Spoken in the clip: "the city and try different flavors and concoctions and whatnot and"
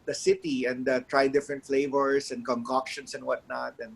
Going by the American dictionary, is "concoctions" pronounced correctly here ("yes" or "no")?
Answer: no